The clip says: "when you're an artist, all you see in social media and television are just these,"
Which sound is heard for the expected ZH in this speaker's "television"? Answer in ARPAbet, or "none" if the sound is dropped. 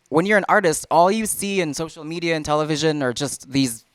ZH